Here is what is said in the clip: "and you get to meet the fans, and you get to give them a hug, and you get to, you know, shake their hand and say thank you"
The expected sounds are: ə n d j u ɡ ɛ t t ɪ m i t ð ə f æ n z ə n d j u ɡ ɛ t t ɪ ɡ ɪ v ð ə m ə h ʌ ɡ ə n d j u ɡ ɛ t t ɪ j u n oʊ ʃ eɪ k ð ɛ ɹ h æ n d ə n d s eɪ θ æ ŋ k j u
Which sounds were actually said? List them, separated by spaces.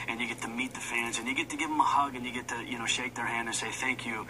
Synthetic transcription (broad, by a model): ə n j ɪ ɡ ɛ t t ɪ m i t ð ə f æ n z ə n j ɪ ɡ ɛ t t ɪ ɡ ɪ v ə m ə h ʌ ɡ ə n j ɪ ɡ ɛ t t ɪ j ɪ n oʊ ʃ eɪ k ð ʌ ɹ h æ n d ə n s eɪ θ æ ŋ k j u